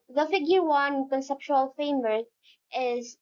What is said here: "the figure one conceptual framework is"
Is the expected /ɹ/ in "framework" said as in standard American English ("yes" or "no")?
no